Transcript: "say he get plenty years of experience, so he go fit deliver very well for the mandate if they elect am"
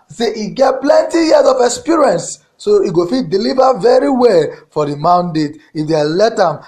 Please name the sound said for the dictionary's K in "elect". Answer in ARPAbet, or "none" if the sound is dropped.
none